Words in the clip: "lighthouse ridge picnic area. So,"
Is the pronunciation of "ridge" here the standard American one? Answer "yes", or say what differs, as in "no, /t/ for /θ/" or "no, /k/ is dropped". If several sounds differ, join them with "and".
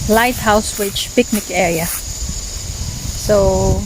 no, /w/ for /ɹ/